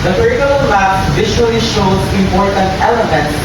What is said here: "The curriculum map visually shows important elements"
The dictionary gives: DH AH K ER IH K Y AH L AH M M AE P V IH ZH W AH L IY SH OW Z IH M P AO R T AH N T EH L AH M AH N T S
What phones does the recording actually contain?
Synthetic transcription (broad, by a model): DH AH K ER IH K Y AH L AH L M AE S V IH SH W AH L IY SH OW S IH M P AO R T AH N T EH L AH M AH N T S